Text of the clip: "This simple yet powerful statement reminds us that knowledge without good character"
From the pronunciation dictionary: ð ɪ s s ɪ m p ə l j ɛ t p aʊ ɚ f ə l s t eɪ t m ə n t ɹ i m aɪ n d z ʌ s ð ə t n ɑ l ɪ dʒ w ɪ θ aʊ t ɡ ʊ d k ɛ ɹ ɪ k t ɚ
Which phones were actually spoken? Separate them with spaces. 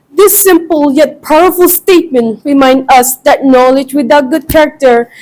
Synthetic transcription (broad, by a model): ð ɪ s s ɪ m p ə l j ɛ t p aʊ ɚ f ə l s t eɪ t m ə n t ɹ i m aɪ n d ʌ s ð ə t n ɑ l ɪ dʒ w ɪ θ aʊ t ɡ ʊ d k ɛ ɹ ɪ k t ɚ